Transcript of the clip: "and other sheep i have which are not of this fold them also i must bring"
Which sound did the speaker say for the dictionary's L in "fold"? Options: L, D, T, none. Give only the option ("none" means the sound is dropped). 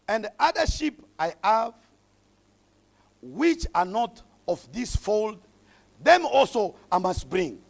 L